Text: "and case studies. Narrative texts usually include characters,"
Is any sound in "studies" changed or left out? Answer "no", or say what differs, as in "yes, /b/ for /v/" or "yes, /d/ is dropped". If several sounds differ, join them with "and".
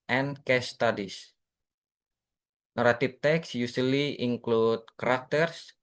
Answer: yes, /s/ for /z/